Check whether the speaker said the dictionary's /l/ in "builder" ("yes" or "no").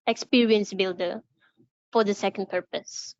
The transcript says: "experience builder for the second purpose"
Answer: yes